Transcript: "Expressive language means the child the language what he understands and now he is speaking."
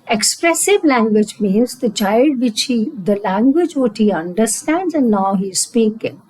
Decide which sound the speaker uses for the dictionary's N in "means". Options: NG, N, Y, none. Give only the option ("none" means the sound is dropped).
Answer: N